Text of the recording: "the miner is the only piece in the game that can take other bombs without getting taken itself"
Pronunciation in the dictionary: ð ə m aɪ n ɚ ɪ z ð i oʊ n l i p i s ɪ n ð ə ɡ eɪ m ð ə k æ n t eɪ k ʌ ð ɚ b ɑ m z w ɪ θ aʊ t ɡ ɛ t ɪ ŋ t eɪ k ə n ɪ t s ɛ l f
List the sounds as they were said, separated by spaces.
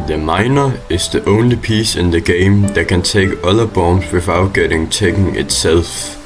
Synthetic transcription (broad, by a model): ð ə m aɪ n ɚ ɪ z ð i oʊ n l i p i s ɪ n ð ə ɡ eɪ m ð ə k æ n s eɪ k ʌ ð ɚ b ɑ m s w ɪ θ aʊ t ɡ ɛ t ɪ ŋ s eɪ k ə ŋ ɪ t s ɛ l f